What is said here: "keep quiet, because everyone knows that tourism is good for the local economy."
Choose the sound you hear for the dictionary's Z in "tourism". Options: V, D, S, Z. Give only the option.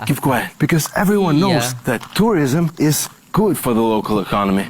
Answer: Z